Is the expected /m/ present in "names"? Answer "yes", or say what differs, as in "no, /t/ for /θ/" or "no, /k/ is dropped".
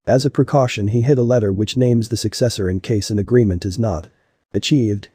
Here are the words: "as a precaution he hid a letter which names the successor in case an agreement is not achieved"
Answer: yes